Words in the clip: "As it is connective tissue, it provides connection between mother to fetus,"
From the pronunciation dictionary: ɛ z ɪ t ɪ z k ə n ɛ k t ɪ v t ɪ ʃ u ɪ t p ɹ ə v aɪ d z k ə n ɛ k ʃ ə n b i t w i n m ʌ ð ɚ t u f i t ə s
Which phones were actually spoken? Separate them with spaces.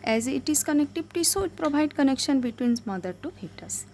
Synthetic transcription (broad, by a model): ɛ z ɪ t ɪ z k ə n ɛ k t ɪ b t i s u ɪ t p ɹ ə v aɪ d k ə n ɛ k ʃ ə n b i t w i n m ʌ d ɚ t u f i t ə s